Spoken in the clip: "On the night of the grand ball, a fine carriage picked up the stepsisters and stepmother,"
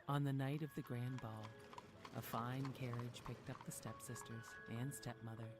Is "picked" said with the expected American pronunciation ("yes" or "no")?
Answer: yes